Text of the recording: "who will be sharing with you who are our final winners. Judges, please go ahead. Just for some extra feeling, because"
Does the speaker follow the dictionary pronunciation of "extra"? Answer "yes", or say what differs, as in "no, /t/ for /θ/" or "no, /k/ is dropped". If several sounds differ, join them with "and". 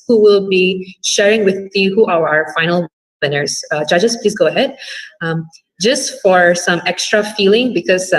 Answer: yes